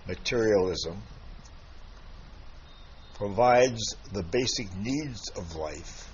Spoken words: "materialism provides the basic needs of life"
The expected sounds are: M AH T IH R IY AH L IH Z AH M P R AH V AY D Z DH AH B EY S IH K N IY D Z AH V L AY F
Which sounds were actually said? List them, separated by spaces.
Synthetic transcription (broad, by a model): M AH T IH R IY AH L IH Z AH M P R AH V AY D Z DH AH B EY S IH K N IY D Z AH V L AY F